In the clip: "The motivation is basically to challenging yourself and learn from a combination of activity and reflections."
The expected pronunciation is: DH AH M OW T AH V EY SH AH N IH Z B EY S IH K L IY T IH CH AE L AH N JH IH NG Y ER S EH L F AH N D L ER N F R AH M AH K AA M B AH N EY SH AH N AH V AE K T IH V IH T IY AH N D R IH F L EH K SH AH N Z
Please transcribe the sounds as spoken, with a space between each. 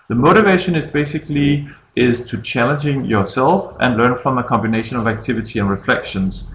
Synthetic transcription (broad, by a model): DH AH M OW T AH V EY SH AH N IH Z B EY S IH K L IY T IH CH AE L AH N JH IH NG Y ER S EH L F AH N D L ER N F R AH M AH K AA M B AH N EY SH AH N AH V AE K T IH V IH T IY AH N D R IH F L EH K SH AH N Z